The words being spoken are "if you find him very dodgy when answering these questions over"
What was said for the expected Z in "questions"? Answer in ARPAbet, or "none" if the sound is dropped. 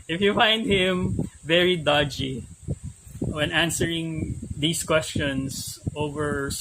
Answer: S